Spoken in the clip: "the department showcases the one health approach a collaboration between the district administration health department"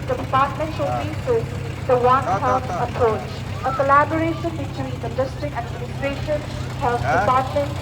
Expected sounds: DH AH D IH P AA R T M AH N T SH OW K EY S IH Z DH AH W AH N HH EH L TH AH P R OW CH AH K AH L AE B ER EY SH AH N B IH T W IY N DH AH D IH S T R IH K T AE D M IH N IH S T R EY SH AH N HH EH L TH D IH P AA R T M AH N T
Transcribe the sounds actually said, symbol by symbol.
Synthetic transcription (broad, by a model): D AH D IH P AA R T M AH N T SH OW IY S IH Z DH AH W AH N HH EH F AH P R OW CH AH K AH L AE B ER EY SH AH N B IH T W IY N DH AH D IH S T R IH K T AE D M IH N IH S T R EY SH AH N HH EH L F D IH P AA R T M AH N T